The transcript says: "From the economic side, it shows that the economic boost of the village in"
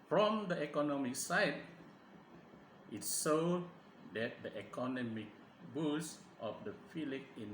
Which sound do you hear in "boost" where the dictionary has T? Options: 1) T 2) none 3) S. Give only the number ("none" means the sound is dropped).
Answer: 1